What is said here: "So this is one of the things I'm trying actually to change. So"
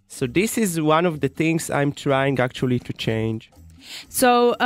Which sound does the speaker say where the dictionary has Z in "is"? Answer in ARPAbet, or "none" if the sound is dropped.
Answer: Z